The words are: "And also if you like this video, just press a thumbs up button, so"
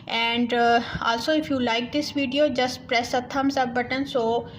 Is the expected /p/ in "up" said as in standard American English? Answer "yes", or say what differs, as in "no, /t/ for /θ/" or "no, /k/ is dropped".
no, /b/ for /p/